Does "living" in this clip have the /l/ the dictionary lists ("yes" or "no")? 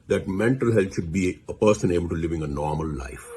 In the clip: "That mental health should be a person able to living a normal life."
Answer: yes